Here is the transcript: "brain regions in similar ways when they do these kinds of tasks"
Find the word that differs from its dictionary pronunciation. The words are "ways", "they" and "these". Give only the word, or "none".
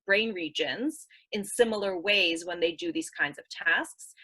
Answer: none